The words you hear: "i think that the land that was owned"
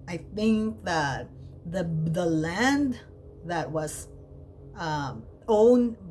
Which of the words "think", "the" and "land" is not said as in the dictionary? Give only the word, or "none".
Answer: none